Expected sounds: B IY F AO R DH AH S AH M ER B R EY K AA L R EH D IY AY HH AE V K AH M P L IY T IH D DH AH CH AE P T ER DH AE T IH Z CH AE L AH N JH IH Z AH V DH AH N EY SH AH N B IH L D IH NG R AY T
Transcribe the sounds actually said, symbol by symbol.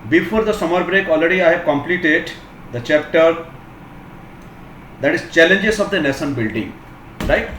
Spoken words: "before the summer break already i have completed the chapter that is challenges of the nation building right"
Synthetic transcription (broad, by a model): B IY F AO R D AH S AH M ER B R EY K AA L R EH D IY AY HH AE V K AH M P L IY T IH D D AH CH AE P T ER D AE T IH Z CH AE L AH N JH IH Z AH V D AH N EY S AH N B IH L D IH NG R AY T